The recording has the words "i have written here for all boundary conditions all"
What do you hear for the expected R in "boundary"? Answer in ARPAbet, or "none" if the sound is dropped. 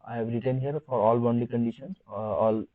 none